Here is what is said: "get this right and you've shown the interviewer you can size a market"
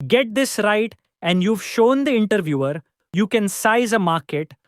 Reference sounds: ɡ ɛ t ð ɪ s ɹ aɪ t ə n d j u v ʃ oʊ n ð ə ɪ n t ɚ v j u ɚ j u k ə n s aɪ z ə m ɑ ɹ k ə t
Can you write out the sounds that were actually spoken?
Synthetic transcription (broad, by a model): ɡ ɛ t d ɪ s ɹ aɪ t ə n d j u v ʃ oʊ n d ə ɪ n t ɚ v j u ɚ j u k ə n s aɪ z ə m ɑ ɹ k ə t